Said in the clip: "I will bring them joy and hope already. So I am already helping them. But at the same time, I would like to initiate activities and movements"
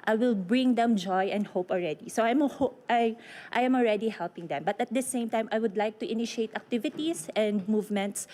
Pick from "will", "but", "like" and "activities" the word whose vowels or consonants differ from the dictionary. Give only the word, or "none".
activities